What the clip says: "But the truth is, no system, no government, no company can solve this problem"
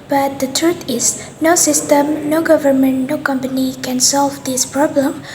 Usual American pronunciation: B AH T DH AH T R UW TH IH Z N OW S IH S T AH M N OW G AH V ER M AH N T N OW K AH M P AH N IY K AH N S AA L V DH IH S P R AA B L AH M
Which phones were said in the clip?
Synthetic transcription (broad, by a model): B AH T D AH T R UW T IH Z N OW S IH S T AH M N OW G AH V ER M AH N T N OW K AH M P AH N IY K AH N S AA L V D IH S P R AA B L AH M